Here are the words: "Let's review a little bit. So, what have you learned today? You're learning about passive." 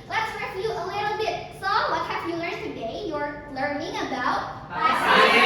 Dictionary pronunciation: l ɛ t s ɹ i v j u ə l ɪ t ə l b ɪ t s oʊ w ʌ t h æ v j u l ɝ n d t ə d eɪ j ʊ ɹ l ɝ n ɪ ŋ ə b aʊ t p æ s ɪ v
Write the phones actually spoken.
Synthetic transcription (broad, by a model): l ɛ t s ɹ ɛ j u ə l ɪ t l b ɪ t s oʊ w ʌ t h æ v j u l ɝ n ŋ t ə d eɪ j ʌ ɹ l ɝ n ɪ ŋ ə b aʊ t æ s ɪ